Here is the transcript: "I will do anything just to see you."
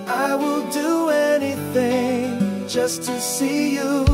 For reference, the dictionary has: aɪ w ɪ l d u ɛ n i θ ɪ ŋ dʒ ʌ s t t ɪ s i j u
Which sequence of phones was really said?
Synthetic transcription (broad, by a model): aɪ w ɪ l d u ɛ n i θ ɪ ŋ dʒ ʌ s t t ɪ s i j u